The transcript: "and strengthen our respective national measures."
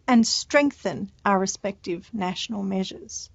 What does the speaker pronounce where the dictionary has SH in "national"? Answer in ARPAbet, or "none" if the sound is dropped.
SH